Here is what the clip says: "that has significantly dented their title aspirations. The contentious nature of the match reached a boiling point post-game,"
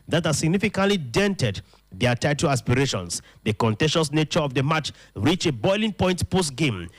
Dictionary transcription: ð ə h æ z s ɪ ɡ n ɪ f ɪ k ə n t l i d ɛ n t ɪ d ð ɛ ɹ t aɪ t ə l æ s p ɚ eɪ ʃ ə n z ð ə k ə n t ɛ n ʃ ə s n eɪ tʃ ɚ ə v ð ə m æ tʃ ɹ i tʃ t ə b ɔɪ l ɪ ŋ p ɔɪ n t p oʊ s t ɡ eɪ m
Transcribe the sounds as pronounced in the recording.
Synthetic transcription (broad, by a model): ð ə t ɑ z s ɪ ɡ n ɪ f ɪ k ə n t l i d ɛ n t ɪ d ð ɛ t aɪ t ə l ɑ s p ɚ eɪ ʃ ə n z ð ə k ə n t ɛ ʃ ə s n eɪ tʃ ɚ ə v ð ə m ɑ tʃ ɹ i tʃ ə b ɔɪ l ɪ ŋ p ɔɪ n t p oʊ s t ɡ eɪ m